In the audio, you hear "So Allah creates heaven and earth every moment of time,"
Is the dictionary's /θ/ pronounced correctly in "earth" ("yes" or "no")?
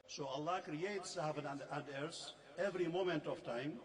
no